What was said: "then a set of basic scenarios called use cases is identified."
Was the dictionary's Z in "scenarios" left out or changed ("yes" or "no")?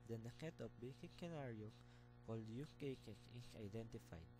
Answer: yes